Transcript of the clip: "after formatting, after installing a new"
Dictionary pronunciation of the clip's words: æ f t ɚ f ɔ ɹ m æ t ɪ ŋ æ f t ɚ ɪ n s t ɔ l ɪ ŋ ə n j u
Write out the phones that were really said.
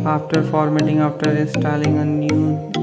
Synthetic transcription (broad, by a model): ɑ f t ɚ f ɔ ɹ m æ t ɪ ŋ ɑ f t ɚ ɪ s t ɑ l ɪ ŋ ə n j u